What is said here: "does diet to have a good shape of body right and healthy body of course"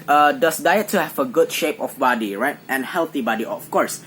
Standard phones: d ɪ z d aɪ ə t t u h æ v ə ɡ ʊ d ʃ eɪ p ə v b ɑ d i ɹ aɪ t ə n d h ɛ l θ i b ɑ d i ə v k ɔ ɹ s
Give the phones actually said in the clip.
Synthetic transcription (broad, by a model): d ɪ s d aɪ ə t t u h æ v ə ɡ ʊ d ʃ eɪ p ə f b ɑ d i ɹ aɪ t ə n h ɛ l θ i b ɑ d i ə f k ɔ ɹ s